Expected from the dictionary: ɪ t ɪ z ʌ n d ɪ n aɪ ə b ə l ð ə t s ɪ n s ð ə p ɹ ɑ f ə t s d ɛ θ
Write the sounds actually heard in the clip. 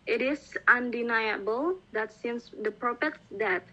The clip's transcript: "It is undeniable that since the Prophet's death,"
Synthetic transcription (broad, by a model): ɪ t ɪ s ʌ n d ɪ n aɪ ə b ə l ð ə t s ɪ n s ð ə p ɹ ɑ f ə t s d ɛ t